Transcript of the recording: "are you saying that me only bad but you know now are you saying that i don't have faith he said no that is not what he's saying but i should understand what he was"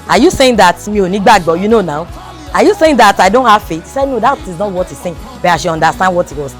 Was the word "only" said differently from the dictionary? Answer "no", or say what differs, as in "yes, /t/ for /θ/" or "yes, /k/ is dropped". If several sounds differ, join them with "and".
yes, /l/ is dropped